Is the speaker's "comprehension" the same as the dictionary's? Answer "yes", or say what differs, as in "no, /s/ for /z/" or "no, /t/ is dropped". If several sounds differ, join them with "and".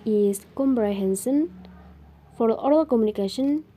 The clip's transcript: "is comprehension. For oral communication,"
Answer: no, /s/ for /ʃ/